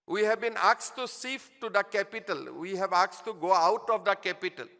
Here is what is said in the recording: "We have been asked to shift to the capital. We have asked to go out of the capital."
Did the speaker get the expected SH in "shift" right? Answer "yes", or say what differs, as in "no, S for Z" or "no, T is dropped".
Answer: no, S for SH